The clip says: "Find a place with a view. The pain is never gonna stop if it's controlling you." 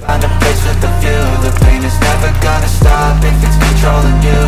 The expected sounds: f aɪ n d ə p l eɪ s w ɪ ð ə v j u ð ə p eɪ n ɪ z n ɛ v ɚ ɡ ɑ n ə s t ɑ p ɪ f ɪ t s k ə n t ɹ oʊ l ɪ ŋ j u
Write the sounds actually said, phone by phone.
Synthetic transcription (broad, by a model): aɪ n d ə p eɪ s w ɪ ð ə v j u ð ə p eɪ n ɪ z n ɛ v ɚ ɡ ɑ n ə s t ɑ p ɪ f ɪ t s k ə n t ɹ oʊ l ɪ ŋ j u